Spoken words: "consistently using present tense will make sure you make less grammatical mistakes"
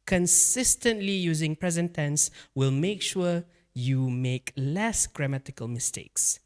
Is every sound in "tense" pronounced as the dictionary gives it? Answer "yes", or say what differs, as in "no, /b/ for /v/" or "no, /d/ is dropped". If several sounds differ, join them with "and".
yes